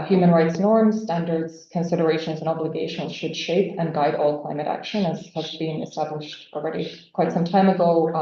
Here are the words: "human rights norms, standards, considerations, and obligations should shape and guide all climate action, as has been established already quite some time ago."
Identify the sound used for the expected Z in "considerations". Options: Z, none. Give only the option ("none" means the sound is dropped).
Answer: Z